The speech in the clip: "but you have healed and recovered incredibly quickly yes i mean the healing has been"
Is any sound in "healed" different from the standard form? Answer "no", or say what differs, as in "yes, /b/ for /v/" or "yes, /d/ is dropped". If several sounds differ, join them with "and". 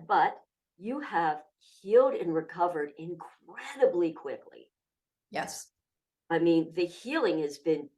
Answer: no